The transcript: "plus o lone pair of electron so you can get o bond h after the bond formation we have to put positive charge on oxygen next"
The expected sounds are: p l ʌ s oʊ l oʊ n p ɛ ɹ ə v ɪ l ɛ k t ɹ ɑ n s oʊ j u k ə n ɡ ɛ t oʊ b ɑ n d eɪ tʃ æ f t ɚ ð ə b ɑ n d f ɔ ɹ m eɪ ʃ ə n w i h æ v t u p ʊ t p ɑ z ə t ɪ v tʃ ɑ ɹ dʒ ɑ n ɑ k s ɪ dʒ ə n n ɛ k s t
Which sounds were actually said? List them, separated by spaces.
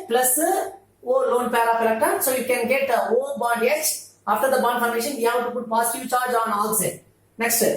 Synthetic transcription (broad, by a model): p l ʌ s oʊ l oʊ n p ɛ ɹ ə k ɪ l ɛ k t ɑ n s oʊ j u k ə n ɡ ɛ t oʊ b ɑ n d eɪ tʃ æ f t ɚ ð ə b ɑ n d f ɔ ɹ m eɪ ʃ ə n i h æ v t u p ʊ t p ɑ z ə t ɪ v tʃ ɑ ɹ dʒ ɑ n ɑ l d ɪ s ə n n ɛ k s t